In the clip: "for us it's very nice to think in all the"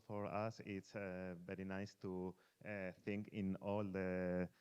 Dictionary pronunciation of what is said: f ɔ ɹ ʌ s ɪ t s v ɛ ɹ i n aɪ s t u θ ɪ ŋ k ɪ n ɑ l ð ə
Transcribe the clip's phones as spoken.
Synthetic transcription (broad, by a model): f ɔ ɹ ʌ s ɪ t s v ɛ ɹ i n aɪ s t u θ ɪ ŋ k ɪ n ɑ l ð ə